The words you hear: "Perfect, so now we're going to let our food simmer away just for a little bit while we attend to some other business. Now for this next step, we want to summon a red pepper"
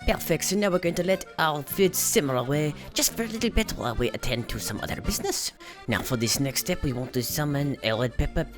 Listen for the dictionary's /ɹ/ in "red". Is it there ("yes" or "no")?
no